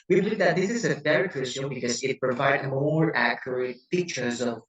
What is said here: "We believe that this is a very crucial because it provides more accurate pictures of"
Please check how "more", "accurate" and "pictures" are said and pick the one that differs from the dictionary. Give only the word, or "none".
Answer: pictures